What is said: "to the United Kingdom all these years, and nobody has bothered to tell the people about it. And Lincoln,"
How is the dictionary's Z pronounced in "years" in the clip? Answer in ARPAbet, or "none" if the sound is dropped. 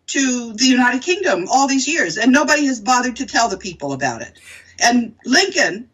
Z